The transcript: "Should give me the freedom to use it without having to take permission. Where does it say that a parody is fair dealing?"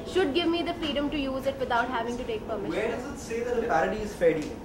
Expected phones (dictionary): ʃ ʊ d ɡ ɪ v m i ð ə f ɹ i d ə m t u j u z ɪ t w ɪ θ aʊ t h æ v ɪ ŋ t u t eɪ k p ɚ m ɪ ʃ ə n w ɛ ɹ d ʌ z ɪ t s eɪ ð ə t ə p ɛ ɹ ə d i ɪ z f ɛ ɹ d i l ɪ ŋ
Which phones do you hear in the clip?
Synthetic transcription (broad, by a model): ʃ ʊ d ɡ ɪ v m i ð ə f ɹ i d ə m t u j u z ɪ t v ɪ t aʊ t h æ v ɪ ŋ t u t eɪ k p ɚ m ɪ ə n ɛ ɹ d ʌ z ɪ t s eɪ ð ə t ə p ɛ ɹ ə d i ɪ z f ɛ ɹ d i